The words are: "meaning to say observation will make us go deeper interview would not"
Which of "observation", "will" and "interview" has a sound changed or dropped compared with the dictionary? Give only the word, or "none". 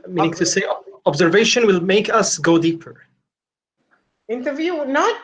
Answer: none